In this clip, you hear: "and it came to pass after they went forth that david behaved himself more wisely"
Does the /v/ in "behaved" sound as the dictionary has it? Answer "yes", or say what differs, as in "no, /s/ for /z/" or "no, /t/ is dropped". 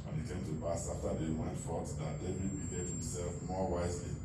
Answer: no, /v/ is dropped